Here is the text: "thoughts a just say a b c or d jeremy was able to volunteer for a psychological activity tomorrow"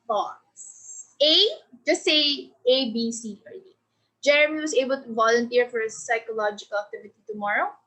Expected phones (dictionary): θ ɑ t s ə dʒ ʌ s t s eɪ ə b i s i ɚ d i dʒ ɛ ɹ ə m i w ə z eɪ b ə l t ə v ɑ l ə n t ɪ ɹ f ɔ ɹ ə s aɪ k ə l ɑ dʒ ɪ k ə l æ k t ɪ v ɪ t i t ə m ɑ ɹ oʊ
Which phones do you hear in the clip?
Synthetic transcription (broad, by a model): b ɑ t s ə dʒ ʌ s t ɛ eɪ ə b i s i ɚ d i dʒ ɛ ɹ ə m i w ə s eɪ b ə l t ə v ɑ l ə n t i ɹ f ɔ ɹ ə s aɪ k ə l ɑ dʒ ɪ k ə l æ k t ɪ v ɪ t i t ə m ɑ ɹ oʊ